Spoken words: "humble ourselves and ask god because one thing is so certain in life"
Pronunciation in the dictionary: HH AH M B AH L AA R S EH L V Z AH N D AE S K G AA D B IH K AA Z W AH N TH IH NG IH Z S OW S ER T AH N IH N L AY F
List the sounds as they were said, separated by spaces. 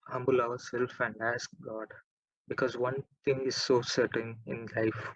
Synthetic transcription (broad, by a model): HH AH M B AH L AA R S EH L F AH N D AE S K G AA D B IH K AA Z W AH N T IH NG IH Z S OW S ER T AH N IH N L AY F